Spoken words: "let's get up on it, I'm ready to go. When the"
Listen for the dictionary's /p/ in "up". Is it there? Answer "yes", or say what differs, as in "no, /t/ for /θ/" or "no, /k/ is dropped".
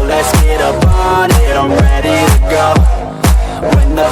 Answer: no, /b/ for /p/